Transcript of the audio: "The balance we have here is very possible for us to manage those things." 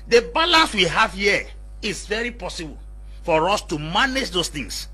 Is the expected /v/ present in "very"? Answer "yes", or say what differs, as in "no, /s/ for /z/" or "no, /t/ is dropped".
yes